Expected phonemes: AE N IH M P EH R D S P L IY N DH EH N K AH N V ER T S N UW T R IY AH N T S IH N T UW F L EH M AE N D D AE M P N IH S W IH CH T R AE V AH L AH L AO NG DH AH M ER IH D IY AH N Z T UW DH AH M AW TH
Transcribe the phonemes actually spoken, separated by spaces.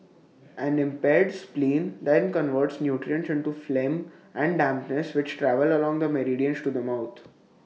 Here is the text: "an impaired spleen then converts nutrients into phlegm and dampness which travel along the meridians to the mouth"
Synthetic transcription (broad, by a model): AE N IH M P EH R D S P L IY N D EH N K AH N V ER T S N UW T R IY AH N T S IH N T UW F L EH M AE N D D AE M P N IH S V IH CH T R AE V AH L AH L AO NG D AH M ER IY D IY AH N S T UW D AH M AW T